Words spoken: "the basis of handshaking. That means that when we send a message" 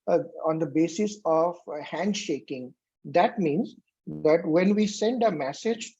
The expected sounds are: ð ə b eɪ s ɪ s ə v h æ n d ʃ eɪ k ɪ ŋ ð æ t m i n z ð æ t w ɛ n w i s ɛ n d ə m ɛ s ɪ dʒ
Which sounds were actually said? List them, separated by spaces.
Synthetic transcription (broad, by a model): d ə b eɪ s ɪ s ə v h æ n d ʃ eɪ k ɪ ŋ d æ t m i n z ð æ t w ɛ n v i s ɛ n d ə m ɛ s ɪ dʒ